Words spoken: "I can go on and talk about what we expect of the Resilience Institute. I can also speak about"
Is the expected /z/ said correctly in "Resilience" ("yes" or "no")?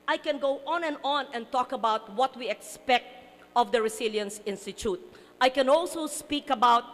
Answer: no